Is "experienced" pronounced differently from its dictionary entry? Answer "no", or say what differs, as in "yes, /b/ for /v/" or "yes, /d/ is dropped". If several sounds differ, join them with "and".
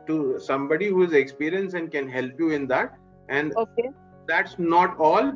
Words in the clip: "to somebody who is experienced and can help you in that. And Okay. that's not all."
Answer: yes, /t/ is dropped